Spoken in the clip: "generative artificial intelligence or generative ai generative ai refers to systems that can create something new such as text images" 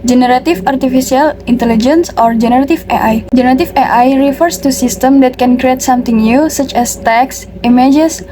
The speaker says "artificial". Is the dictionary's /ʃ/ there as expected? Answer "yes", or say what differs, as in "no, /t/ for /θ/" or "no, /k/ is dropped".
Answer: no, /s/ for /ʃ/